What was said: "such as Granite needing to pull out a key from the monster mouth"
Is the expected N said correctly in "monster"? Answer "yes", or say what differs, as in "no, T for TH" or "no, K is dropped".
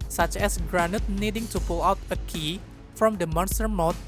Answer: yes